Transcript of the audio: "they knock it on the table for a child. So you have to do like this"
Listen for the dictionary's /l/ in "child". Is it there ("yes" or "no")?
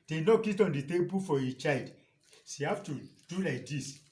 yes